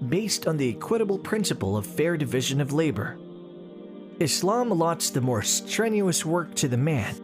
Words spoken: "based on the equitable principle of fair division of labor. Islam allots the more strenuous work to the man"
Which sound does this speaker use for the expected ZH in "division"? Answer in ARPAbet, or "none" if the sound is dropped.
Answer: ZH